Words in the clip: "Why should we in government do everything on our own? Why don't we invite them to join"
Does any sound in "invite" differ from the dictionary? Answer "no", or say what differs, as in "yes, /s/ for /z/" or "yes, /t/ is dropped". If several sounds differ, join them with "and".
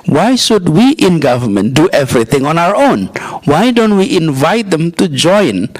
no